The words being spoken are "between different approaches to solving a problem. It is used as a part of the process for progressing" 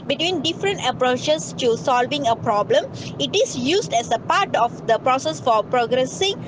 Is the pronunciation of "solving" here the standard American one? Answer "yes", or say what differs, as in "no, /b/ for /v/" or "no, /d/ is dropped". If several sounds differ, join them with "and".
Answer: yes